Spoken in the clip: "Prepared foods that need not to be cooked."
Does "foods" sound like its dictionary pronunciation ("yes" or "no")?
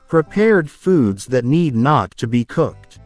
yes